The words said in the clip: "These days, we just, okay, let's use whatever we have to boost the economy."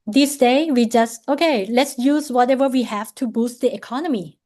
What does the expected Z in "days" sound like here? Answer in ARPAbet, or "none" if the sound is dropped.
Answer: none